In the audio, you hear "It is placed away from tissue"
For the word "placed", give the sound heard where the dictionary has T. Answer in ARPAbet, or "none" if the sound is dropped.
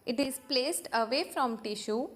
T